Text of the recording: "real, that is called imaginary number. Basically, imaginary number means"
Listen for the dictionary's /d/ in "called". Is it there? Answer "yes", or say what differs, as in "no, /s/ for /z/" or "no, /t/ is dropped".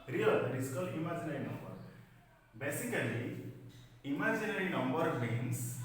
no, /d/ is dropped